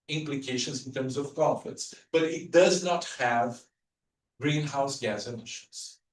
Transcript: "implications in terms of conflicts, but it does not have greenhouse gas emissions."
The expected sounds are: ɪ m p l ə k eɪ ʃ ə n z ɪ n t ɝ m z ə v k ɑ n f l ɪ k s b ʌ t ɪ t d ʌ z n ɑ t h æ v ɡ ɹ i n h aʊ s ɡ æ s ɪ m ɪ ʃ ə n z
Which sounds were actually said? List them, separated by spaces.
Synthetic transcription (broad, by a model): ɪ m p l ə k eɪ ʃ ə n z ɪ n t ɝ m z ə v k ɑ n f ɪ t s b ʌ t ɪ t d ʌ z n ɑ t h æ v ɡ ɹ i n h aʊ s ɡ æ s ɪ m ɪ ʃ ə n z